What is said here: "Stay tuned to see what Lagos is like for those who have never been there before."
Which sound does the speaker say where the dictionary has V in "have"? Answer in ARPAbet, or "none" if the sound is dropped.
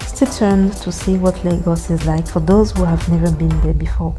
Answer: V